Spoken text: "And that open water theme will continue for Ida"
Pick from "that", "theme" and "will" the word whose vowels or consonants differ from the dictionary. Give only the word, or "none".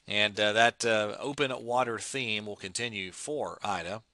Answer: none